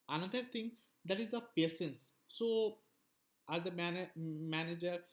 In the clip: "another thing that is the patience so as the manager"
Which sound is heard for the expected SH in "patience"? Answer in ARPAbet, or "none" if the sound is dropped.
S